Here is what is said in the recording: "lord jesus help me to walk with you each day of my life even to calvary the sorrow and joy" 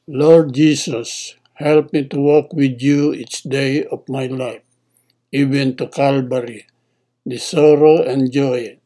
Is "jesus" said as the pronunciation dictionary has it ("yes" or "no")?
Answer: no